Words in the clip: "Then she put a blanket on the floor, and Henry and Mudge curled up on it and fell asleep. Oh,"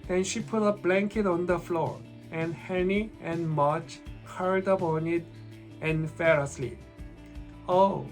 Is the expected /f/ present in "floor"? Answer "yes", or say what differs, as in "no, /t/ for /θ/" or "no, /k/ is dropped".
yes